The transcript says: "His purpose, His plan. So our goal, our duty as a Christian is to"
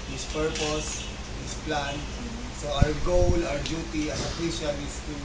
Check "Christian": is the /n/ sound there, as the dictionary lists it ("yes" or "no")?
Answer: no